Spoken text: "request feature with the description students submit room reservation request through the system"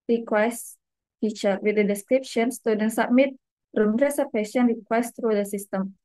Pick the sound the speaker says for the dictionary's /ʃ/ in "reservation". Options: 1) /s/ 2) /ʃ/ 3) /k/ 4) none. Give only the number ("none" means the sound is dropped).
1